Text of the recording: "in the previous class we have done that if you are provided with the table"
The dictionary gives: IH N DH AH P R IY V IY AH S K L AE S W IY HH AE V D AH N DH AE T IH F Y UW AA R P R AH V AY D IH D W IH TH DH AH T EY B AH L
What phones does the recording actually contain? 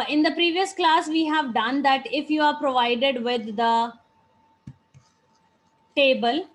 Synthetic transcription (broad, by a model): IH N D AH P R IY V IY AH S K L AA S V IY HH AE V D AH N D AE T IH F Y UW AA R P R AH V AY D IH D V IH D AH T EY B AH L